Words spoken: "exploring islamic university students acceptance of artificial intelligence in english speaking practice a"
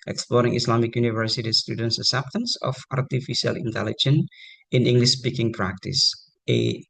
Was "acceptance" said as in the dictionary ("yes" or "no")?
no